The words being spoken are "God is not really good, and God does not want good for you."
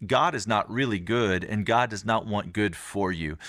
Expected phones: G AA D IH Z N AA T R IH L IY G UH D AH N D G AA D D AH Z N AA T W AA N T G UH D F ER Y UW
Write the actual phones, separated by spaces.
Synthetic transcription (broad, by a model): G AA D IH Z N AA T R IH L IY G UH D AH N G AA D D AH Z N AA T W AA N G UH D F ER Y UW